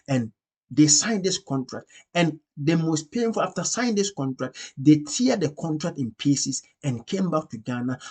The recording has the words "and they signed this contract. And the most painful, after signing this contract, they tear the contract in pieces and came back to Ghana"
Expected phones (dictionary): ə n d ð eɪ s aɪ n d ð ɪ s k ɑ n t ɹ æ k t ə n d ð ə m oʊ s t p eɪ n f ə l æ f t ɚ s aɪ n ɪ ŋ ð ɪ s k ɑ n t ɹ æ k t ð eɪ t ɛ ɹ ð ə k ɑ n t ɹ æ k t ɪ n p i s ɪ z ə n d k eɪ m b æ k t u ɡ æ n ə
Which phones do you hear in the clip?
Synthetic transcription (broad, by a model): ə n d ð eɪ s aɪ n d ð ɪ s k ɑ n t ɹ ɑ k t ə n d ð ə m oʊ s t p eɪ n f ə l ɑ f t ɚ s aɪ ɪ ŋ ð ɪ s k ɑ n t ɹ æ k t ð eɪ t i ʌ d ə k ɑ n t ɹ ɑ k t ɪ n p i s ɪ s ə n k eɪ m b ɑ k t u ɡ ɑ n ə